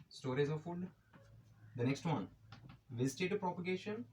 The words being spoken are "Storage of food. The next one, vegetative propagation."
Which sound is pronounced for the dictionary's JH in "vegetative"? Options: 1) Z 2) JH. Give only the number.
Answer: 1